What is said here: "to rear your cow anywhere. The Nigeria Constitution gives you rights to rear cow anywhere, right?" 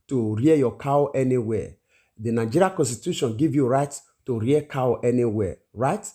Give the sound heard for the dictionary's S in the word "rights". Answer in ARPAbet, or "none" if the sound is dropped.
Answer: none